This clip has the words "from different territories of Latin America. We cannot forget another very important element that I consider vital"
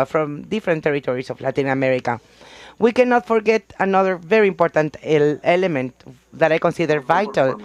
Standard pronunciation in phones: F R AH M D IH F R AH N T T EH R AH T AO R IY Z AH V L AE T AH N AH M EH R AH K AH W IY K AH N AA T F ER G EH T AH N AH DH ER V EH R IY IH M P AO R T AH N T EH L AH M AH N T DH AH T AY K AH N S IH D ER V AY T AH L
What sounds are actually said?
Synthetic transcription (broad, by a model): F R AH M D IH F R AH N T T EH R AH T AO R IY S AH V L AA T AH N AH M EH R AH K AH W IY K AH N AA T F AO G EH T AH N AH DH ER V EH R IY IH M P AO R T AH N T EH L AH M AH N T DH AH T AY K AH N S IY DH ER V AY T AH L